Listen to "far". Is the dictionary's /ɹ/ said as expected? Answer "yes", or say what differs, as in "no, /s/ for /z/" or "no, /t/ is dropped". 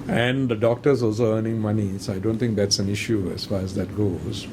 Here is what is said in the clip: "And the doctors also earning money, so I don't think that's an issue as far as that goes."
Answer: yes